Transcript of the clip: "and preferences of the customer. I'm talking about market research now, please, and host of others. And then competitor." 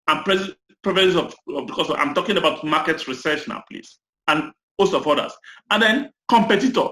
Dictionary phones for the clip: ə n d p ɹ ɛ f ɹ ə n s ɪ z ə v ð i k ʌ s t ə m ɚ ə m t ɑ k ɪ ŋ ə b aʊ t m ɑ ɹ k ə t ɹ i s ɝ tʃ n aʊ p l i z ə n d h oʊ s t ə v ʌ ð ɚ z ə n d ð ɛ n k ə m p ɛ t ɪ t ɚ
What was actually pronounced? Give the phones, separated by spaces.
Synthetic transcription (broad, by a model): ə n p ɹ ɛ p ɹ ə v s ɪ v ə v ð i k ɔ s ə ɑ ə m t ɑ k ɪ ŋ ə b aʊ t m ɑ k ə t ɹ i s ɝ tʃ n aʊ p l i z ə n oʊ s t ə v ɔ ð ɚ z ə n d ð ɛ n k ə m p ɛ t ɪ t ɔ